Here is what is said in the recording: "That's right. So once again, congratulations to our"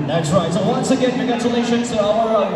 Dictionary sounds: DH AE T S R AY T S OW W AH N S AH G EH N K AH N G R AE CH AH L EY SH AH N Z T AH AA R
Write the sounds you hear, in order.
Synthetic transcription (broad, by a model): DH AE T S R AY T S OW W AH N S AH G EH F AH G AE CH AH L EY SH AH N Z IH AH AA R